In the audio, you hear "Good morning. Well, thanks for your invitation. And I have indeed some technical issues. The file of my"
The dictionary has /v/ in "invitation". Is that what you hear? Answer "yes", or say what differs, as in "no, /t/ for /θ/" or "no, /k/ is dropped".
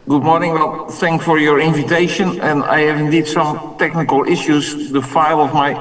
yes